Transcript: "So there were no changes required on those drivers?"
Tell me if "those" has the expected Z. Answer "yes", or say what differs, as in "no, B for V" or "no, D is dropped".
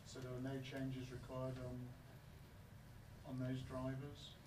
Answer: yes